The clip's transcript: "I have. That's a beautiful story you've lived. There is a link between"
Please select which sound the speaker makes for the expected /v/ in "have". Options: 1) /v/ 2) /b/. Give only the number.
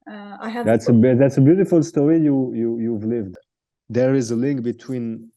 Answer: 2